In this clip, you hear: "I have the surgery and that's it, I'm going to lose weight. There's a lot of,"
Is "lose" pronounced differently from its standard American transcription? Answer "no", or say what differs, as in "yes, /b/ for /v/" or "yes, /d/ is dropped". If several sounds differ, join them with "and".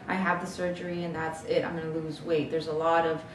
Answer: no